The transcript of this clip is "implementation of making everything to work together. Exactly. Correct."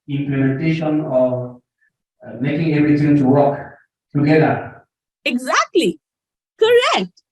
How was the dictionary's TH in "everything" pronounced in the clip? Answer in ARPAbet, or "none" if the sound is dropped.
T